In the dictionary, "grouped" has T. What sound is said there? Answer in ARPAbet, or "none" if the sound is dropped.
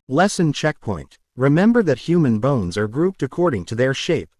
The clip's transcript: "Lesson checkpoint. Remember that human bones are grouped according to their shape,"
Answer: T